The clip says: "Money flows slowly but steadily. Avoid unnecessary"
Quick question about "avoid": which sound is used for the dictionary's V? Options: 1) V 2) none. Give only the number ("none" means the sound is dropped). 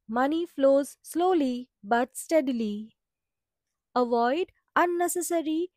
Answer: 1